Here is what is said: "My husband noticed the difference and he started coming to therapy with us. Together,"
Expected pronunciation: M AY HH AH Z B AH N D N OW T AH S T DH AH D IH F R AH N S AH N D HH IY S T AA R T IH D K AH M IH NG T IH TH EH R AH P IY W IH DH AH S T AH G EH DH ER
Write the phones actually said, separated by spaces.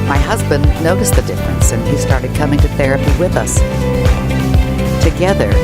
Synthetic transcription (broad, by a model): M AY HH AH Z B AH N N OW T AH S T DH AH D IH F R AH N S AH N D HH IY S T AA R T IH D K AH M IH NG T IH TH EH R AH P IY W IH DH AH S T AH G EH DH ER